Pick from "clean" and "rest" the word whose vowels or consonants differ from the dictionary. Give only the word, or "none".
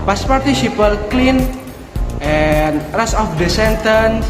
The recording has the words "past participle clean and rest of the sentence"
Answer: rest